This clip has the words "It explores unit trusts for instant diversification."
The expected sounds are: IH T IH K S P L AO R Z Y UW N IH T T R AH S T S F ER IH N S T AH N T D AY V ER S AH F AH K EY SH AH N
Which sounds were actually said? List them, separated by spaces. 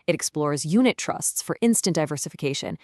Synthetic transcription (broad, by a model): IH T IH K S P L AO R Z Y UW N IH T T R AH S T S F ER IH N S T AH N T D AY V ER S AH F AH K EY SH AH N